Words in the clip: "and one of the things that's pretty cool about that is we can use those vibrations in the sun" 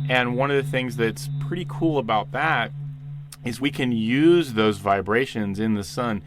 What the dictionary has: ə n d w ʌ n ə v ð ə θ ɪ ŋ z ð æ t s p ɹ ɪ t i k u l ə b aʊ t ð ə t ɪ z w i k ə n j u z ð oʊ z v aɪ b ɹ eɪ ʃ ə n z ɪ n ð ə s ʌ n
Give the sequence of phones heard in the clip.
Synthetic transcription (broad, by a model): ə n w ʌ n ə v ð ə θ ɪ ŋ z ð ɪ t s p ɹ ɪ t i k u l ə b aʊ t ð ə t ɪ z w i k ə n j u z ð oʊ z v aɪ b ɹ eɪ ʃ ə n z ɪ n ð ə s ʌ n